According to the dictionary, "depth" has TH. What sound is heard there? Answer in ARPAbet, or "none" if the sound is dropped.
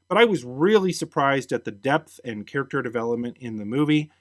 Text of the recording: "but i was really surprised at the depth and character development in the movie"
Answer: TH